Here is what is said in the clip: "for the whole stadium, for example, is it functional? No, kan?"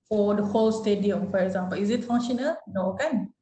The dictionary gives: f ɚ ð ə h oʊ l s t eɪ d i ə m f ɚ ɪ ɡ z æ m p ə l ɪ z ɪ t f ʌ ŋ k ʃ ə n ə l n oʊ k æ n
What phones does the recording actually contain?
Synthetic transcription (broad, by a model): f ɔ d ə h oʊ l s t eɪ d i ə m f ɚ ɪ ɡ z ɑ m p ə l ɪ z ɪ t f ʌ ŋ ʃ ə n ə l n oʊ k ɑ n